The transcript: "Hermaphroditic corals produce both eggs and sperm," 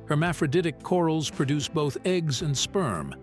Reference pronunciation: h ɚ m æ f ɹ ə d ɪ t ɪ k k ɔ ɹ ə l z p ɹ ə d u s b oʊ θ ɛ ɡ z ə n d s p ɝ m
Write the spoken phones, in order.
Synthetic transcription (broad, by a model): h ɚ m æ f ɹ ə d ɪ t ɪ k k ɔ ɹ l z p ɹ ə d u s b oʊ θ ɛ ɡ z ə n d s p ɝ m